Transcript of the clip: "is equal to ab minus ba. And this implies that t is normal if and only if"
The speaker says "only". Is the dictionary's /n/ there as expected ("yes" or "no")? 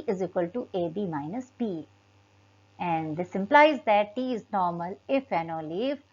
no